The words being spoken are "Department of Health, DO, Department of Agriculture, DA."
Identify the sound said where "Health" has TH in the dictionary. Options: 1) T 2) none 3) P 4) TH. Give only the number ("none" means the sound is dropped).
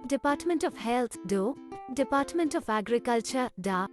1